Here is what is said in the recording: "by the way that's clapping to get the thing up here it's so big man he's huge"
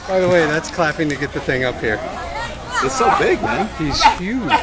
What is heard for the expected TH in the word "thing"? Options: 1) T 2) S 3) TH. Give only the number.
3